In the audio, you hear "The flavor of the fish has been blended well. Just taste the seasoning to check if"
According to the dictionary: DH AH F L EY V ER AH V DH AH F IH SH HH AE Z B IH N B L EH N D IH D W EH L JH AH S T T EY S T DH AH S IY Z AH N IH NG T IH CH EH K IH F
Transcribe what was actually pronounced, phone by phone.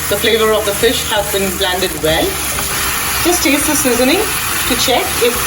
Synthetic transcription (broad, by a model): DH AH F L EY V ER AH V DH AH F IH SH HH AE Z B IH N B L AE N D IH D W EH L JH AH S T T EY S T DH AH S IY Z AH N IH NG T IH CH EH K IH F